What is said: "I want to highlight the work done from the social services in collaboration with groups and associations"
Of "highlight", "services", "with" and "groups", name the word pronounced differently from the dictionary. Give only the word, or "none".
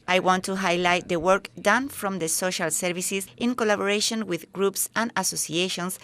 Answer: services